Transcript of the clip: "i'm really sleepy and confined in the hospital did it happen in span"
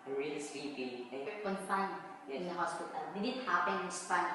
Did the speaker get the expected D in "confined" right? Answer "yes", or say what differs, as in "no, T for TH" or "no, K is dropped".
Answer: no, D is dropped